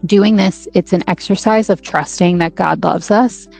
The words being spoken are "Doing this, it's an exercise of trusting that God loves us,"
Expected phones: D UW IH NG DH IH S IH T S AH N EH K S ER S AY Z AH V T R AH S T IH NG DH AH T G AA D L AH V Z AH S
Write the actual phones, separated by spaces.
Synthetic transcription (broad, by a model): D UW IH NG DH IH S IH T S AH N EH K S ER S AY Z AH V T R AH S T IH NG DH AH T G AA D L AH V Z AH S